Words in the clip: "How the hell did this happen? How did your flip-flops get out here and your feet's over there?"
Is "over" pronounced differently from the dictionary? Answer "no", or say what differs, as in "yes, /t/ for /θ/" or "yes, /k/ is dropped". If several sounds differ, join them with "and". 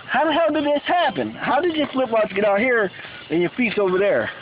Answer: no